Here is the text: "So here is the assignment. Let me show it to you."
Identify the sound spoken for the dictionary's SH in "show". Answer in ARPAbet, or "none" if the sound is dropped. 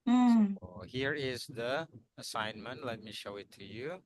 SH